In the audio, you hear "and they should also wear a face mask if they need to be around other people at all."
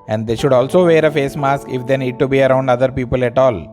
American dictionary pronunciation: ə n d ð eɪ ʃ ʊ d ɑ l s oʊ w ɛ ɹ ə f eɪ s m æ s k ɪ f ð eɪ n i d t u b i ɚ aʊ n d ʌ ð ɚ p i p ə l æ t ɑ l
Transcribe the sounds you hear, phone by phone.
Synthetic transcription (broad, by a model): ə n d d eɪ ʃ ʊ d ɑ l s oʊ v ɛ ɹ ə f eɪ s m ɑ s k ɪ f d eɪ n i d t u b i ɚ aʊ n d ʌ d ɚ p i p ə l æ t ɑ l